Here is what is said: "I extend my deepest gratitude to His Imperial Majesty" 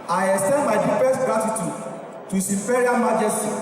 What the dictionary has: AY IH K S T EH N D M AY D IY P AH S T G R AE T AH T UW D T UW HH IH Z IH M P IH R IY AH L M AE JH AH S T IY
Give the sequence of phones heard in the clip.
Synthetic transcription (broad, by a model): AY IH S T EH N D M AY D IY F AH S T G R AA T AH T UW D T UW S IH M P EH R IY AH N M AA JH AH S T IY